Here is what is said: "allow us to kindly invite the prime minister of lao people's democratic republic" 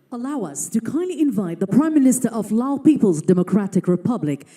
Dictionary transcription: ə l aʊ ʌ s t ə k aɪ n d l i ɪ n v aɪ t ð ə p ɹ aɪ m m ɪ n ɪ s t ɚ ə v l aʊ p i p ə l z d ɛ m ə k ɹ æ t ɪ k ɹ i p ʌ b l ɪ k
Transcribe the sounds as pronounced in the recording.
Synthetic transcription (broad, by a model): ə l aʊ ʌ s t ə k aɪ n d l i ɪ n v aɪ t ð ə p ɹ aɪ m m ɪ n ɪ s t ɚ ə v l aʊ p i p ə l z d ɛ m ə k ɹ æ t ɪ k ɹ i p ʌ b l ɪ k